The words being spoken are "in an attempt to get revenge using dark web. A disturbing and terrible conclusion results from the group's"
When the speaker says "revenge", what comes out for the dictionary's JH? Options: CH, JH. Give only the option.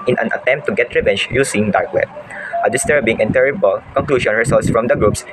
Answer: CH